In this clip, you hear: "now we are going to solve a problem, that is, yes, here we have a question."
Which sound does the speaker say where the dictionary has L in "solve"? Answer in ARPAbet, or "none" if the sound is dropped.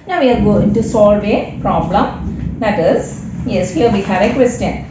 L